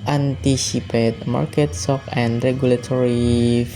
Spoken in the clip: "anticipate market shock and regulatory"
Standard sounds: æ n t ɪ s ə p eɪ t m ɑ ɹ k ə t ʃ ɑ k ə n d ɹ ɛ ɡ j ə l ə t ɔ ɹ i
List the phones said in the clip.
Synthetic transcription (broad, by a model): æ n t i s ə p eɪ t m ɑ ɹ k ə t s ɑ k ə n d ɹ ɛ ɡ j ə l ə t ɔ ɹ i